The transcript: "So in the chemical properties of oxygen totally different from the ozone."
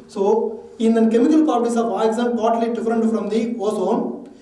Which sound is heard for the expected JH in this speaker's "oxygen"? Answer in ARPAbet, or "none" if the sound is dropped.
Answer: Z